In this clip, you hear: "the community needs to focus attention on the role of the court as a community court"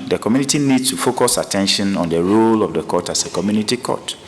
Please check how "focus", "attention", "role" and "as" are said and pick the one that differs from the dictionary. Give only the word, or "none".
as